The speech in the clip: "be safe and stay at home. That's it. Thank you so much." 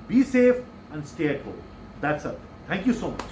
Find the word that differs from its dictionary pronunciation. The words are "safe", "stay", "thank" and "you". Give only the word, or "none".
thank